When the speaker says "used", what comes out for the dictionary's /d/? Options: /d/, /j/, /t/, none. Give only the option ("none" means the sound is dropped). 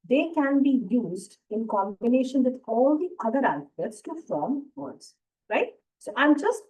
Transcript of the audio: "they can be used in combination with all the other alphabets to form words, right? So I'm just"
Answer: /d/